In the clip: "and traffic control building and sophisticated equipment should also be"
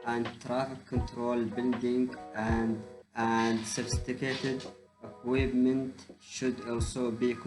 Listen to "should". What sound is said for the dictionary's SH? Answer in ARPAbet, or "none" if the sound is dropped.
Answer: SH